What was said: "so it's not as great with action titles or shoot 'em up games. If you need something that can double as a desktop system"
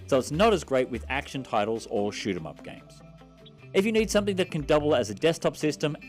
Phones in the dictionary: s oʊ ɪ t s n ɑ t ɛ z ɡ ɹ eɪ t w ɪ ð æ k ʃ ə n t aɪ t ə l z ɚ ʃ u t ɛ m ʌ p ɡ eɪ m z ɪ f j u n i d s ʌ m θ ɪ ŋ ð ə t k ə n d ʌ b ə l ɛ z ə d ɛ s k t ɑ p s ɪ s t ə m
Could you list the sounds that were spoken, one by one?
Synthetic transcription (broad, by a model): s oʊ ɪ t s n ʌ t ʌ z ɡ ɹ eɪ t w ɪ ð æ k ʃ ə n t aɪ t l z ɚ ʃ u t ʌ m ʌ p ɡ eɪ m z ɪ f j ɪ n i d s ʌ m θ ɪ ŋ ð ə t k ə n d ʌ b ə l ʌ z ə d ɛ s t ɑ p s ɪ s t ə m